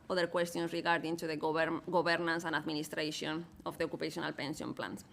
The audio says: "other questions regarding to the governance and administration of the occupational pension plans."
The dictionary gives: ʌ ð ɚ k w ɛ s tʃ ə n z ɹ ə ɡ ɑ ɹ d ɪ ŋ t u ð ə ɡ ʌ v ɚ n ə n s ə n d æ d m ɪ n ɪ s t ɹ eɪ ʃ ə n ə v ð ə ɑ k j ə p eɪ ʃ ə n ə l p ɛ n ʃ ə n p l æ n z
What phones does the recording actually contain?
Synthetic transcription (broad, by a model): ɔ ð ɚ k w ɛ s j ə n s ɹ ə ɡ ɑ ɹ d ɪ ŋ t u ð ə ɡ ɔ b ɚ n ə n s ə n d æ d m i n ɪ s t ɹ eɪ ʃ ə n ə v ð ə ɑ k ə p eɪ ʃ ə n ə l p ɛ n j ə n p l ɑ n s